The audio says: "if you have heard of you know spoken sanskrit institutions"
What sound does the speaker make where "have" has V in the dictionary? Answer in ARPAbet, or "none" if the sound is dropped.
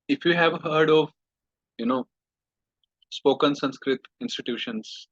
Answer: V